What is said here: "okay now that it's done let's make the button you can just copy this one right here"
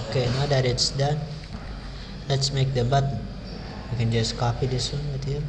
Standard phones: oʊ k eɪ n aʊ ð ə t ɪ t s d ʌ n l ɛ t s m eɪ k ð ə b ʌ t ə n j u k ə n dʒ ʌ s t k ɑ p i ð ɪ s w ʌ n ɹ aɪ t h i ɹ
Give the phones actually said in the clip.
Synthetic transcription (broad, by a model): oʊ k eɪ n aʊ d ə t ɪ t s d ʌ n l ɛ t s m eɪ k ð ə b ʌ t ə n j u k ə n dʒ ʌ s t k ɑ p i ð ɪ s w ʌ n w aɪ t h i